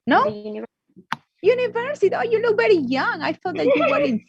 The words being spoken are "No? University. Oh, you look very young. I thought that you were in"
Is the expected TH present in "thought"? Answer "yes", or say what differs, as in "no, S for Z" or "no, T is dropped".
no, F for TH